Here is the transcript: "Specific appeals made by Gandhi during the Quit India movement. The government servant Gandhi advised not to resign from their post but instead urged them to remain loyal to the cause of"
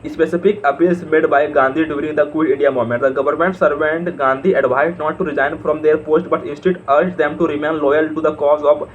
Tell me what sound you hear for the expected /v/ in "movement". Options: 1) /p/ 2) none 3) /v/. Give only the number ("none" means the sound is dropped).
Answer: 2